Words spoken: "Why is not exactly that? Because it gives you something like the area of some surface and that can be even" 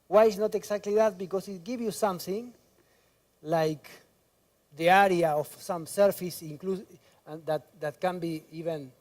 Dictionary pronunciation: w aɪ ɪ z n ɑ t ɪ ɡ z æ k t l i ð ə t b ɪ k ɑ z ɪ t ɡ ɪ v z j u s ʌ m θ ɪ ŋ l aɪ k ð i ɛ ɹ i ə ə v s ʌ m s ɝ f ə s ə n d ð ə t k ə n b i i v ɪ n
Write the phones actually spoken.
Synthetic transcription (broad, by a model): w aɪ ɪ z n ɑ t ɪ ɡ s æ k t l i ð ə t b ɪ k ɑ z ɪ t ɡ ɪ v j u s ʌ m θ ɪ ŋ l aɪ k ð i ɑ ɹ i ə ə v s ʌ m s ɝ f ə s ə l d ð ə t k ə n b i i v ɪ n